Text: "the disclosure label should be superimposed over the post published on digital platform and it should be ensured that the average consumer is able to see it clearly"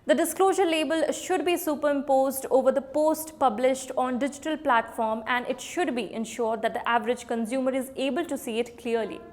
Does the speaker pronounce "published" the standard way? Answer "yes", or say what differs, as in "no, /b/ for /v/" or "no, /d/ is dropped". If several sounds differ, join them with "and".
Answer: yes